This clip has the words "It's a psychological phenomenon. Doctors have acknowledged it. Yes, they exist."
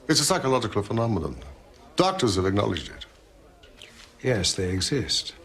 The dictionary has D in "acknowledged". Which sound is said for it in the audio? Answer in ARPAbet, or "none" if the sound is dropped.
D